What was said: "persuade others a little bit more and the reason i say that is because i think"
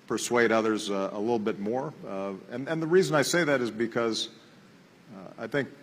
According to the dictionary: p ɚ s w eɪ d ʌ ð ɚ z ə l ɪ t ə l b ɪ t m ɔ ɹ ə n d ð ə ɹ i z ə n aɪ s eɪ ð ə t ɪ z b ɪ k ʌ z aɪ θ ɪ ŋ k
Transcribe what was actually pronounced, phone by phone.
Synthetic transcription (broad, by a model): p ɚ s w eɪ d ʌ ð ɚ z ə l ɪ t l b ɪ t m ɔ ɹ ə n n ð ə ɹ i z ə n aɪ s eɪ ð ə t ɪ z b ɪ k ʌ z aɪ θ ɪ ŋ k